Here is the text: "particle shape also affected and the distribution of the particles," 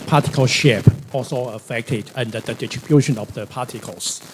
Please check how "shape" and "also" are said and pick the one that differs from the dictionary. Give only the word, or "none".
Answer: none